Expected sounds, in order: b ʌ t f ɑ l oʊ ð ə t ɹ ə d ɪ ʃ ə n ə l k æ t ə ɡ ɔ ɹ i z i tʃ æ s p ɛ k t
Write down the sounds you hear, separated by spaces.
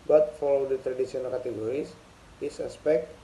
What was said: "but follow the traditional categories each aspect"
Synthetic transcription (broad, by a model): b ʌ t f ɑ l oʊ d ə t ɹ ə d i s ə n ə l k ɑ t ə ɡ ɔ ɹ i s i s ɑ s p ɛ k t